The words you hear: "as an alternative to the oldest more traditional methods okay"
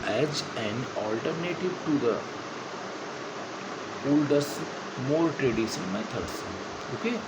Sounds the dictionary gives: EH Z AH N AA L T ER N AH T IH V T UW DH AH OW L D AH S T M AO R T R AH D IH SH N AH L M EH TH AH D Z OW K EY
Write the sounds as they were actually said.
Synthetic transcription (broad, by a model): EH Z AH N AA L T ER N AH T IH V T UW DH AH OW L D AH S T M AO R T R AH D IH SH AH N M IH T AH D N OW K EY